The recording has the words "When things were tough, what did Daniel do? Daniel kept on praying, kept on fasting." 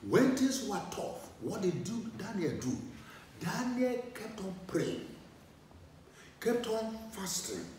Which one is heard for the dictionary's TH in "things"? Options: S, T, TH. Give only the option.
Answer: T